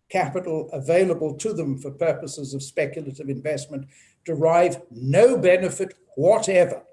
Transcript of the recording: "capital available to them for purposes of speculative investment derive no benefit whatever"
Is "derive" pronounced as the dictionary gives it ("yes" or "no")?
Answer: yes